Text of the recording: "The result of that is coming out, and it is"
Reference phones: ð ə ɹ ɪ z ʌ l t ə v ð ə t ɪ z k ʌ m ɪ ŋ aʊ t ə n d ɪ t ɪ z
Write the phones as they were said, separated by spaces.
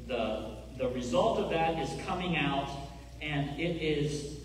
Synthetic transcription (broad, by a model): ð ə ɹ ɪ z ʌ l t ə v ð ə t ɪ z k ʌ m ɪ ŋ aʊ t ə n ɪ t ɪ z